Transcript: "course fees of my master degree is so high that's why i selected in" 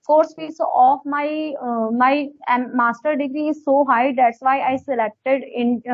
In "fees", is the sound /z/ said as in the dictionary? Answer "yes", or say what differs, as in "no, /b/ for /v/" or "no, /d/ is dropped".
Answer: no, /s/ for /z/